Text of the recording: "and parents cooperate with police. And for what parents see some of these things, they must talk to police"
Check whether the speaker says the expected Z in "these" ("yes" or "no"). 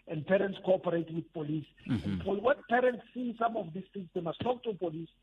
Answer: no